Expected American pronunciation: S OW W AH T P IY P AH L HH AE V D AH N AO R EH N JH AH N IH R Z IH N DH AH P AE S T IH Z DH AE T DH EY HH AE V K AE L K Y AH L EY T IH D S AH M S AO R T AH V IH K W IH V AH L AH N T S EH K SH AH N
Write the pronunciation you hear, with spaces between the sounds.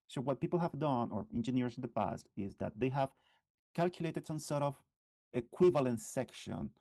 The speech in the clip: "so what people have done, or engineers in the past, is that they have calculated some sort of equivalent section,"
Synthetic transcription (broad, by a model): S OW W AH T P IY P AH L HH AE V D AH N AO R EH N JH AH N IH R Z IH N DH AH P AE S T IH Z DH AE T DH EY HH AE V K AE L K Y AH L EY T IH D S AH M S AO R T AH V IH K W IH V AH L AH N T S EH K SH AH N